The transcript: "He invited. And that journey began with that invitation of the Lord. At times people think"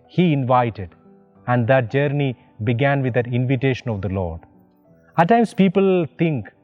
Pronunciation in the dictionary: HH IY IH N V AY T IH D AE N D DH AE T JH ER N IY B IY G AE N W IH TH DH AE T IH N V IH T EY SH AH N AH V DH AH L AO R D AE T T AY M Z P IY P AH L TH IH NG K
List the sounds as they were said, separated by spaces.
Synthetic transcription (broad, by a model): HH IY IH N V AY T IH D AE N D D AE T JH ER N IY B IY G AE N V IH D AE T IH N V IH T EY SH AH N AH V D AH L AO R D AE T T AY M S P IY P AH L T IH NG K